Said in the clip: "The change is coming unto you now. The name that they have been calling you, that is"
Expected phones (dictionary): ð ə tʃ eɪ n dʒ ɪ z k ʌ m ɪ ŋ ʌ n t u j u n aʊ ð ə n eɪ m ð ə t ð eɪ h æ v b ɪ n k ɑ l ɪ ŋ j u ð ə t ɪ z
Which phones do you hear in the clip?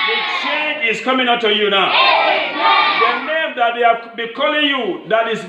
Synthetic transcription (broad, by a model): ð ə tʃ eɪ n dʒ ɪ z k ʌ m ɪ ŋ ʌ t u j u n aʊ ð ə n eɪ m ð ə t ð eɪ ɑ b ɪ k ɑ l ɪ ŋ j u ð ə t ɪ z